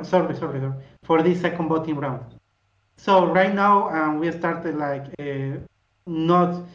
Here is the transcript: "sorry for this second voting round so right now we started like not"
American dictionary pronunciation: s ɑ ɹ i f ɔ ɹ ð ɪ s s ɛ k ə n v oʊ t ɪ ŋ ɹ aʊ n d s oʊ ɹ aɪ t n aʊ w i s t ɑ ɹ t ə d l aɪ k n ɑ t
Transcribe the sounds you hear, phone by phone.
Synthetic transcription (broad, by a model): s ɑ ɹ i f ɔ ɹ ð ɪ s s ɛ k ə n b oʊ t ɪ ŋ ɹ aʊ n d s oʊ ɹ aɪ t n aʊ w i s t ɑ ɹ t ə d l aɪ k n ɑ t